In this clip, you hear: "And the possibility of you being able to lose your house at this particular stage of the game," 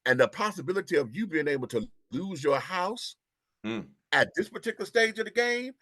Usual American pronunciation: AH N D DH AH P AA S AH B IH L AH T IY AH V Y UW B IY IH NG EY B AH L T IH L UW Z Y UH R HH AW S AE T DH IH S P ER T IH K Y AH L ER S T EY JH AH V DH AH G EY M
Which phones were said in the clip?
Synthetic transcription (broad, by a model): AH N DH AH P AA S AH B IH L AH T IY AH V Y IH B IY IH NG EY B L T IH L UW Z Y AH R HH AW S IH T DH IH S P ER T IH K Y L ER S T EY JH AH V DH AH G EY M